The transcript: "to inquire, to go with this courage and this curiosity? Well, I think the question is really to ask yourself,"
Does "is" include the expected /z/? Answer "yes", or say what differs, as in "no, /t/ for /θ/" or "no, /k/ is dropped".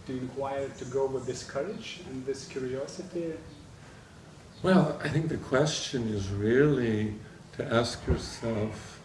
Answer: yes